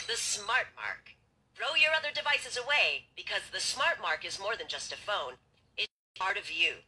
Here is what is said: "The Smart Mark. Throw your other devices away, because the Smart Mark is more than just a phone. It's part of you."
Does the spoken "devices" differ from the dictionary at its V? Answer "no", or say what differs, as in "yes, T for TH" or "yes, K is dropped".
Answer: no